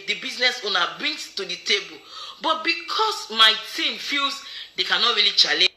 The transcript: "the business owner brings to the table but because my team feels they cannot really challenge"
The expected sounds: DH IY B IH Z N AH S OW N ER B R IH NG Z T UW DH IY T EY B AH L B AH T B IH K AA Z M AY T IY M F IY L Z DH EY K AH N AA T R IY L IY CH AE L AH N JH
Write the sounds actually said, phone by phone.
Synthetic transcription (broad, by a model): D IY B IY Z N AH S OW N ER B R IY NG S T UW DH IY T EY B AH L B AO T B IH K AA S M AY T IY M F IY L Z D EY K AH N AA T R IY L IY CH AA L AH